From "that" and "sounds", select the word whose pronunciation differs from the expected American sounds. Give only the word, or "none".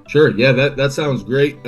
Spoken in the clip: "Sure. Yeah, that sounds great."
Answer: none